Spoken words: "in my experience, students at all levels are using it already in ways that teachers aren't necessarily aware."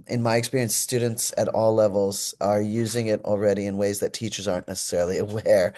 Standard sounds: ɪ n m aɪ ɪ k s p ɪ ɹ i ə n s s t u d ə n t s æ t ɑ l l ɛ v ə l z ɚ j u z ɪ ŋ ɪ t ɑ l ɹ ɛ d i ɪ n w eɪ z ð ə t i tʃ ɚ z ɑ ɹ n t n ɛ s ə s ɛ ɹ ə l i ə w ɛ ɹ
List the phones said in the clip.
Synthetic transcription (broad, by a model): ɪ n m aɪ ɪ k s p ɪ ɹ i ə n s s t u d n t s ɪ t ɑ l l ɛ v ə l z ɚ j u z ɪ ŋ ɪ t l ɹ ɛ d i ɪ n w eɪ z ð ə t i tʃ ɚ z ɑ ɹ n n ɛ s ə s ɛ ɹ l i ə w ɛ ɹ